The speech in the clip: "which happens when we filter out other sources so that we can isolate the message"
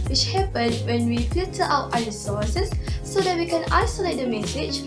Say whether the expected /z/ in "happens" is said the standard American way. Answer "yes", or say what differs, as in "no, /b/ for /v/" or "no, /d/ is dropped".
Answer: no, /z/ is dropped